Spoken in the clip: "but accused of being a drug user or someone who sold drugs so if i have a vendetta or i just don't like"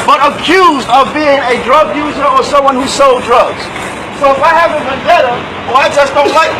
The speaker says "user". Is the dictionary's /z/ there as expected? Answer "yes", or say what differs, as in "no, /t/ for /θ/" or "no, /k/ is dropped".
yes